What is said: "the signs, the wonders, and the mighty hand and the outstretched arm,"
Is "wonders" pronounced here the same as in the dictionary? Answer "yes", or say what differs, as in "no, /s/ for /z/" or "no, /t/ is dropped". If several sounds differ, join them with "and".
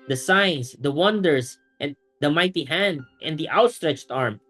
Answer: no, /s/ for /z/